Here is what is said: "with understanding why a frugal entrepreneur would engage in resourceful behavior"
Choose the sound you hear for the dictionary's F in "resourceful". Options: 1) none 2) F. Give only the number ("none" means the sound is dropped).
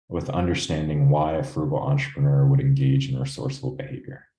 1